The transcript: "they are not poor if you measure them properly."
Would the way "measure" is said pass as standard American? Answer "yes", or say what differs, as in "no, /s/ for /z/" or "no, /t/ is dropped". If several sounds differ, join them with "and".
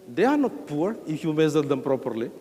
no, /z/ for /ʒ/